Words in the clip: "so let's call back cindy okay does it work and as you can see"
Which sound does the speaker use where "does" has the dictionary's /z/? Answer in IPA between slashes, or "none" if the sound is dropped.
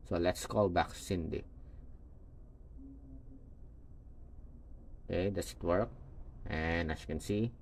/s/